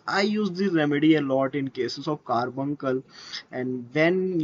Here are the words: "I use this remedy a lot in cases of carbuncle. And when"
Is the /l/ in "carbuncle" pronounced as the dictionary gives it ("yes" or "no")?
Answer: yes